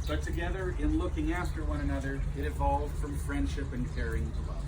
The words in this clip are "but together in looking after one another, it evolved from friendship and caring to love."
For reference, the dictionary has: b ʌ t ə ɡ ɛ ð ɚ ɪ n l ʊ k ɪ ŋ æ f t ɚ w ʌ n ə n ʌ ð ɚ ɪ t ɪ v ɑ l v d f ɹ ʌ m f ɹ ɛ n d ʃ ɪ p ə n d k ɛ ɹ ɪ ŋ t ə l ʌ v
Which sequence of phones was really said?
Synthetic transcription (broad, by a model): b ʌ t ə ɡ ɛ ð ɚ ɪ n l ʊ k ɪ ŋ æ f t ɚ w ʌ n ə n ʌ ð ɚ ɪ t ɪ v ɑ l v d f ɹ ʌ m f ɹ ɛ n d ʃ ɪ p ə n k ɛ ɹ ɪ ŋ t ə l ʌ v